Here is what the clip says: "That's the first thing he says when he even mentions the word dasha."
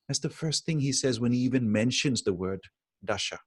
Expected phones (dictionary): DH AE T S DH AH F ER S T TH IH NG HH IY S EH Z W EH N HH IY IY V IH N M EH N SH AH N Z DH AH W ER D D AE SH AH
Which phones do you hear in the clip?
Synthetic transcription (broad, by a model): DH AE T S DH AH F ER S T TH IH NG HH IY S EH Z W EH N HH IY IY V IH N M EH N SH AH N Z DH AH W ER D D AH SH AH